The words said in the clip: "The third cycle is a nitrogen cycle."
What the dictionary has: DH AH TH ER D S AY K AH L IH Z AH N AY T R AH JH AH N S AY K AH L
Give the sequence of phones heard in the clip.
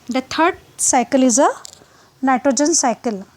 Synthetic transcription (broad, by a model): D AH T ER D S AY K AH L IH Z AH N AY T R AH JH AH N S AY K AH L